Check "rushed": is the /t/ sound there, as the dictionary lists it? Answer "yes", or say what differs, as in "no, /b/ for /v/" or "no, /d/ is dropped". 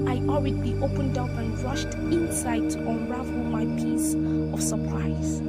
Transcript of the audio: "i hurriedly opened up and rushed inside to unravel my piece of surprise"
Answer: yes